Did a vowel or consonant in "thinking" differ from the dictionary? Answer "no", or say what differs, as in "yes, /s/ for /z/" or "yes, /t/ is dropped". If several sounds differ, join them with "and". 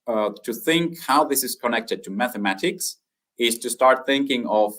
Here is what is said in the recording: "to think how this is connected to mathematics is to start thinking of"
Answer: no